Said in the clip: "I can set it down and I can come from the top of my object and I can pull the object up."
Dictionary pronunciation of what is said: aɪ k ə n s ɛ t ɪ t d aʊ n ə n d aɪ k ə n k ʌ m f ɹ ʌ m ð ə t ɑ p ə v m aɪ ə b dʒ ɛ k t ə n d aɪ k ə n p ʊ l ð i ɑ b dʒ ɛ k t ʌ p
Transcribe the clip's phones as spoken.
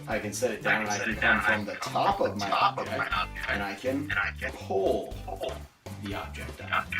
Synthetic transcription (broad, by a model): aɪ k ə n s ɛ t ɪ t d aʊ ə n aɪ k ə n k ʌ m f ɹ ʌ m ð ə t ɑ p ə v m aɪ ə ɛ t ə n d aɪ k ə n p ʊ l ð i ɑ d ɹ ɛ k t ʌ